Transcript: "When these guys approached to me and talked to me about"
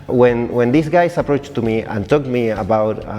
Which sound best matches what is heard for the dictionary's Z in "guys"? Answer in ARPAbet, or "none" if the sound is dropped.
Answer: S